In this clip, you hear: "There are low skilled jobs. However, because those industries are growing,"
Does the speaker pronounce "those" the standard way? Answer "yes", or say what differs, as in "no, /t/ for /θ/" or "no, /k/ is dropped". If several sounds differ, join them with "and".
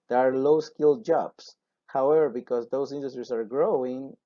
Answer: no, /s/ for /z/